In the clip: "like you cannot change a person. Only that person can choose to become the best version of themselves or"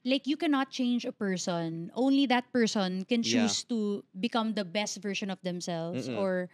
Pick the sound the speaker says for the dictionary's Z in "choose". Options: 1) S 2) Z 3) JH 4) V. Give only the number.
1